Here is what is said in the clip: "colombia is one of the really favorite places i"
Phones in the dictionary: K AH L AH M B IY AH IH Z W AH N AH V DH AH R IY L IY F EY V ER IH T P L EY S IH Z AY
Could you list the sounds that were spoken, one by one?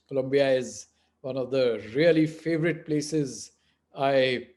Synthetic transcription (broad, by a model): K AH L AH M B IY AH IH Z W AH N AH V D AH R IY L IY F EY V ER IH T P L EY S IH Z AY